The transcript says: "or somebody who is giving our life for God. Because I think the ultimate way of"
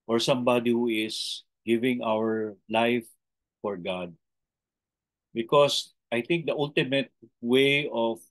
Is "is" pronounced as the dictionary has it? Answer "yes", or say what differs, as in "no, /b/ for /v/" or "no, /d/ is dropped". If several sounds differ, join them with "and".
no, /s/ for /z/